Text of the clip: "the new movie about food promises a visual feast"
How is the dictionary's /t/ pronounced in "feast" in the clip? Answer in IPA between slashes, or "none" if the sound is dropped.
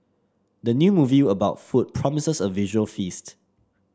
/t/